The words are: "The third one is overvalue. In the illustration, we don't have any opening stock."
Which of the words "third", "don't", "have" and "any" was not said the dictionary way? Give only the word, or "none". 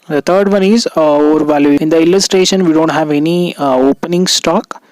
third